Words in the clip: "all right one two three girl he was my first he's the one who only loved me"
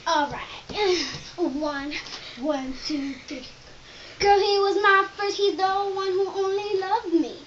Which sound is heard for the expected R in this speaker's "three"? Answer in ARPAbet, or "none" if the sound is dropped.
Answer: none